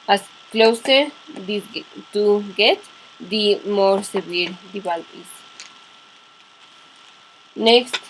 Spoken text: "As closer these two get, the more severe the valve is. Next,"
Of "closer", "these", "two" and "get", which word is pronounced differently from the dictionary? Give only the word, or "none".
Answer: these